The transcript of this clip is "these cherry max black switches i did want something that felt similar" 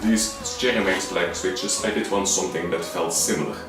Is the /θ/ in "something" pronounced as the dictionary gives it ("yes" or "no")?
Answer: yes